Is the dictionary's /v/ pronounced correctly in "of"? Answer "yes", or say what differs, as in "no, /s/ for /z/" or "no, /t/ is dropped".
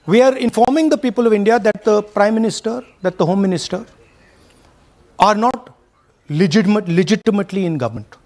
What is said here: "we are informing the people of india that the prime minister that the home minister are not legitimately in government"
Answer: yes